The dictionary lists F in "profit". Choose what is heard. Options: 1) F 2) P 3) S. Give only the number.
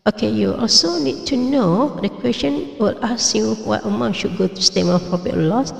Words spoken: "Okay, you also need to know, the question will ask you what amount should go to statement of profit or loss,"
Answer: 2